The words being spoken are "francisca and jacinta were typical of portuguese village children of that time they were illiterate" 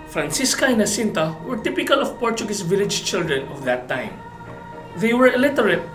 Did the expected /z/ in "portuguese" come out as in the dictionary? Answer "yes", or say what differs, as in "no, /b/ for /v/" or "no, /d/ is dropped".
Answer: no, /s/ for /z/